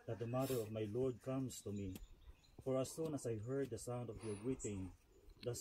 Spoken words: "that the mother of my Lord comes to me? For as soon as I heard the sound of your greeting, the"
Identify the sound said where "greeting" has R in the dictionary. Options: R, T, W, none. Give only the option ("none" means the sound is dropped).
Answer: W